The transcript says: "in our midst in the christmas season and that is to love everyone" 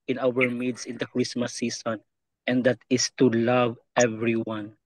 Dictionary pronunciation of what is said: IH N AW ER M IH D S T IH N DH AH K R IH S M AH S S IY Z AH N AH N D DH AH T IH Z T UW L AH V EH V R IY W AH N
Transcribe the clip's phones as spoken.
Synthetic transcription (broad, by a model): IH N AW ER M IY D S IH N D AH K R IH S M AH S S IY S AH N AH N D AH T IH S T UW L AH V EH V R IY W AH N